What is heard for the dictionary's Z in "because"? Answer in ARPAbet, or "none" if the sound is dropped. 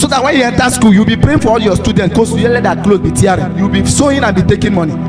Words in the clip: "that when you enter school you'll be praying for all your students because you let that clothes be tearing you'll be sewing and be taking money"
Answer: none